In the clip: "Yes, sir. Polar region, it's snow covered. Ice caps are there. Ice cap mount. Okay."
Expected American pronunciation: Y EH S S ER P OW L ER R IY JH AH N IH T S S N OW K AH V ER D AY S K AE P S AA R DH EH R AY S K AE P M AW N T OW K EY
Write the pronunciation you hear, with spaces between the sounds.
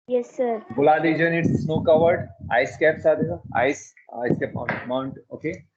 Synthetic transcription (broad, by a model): Y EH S S ER B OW L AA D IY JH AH N IH T S S N OW K AH V ER D AY S K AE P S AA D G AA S AY S K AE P M AW N T OW K EY